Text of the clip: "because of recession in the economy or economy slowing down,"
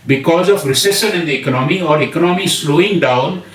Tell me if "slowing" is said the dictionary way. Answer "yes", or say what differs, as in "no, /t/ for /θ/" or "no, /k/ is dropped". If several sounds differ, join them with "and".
yes